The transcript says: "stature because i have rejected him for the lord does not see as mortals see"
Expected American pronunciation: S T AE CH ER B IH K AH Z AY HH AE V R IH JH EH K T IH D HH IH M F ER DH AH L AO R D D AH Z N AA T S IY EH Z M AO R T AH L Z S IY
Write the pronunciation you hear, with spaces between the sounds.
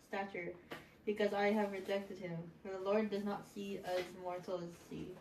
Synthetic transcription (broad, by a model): S T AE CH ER B IH K AH Z AY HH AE V R IH JH EH K T IH D HH IH M F ER DH AH L AO R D D AH Z N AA T S IY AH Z M AO R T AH Z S IY